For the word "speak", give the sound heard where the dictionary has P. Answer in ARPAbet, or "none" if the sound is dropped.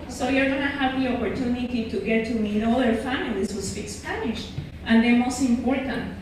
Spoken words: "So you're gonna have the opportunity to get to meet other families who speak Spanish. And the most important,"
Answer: F